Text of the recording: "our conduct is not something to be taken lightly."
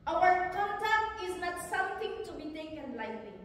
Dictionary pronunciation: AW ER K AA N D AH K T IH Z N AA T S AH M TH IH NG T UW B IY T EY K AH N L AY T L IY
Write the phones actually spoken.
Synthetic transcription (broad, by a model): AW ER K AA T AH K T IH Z L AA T S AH M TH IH NG T UW B IY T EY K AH N L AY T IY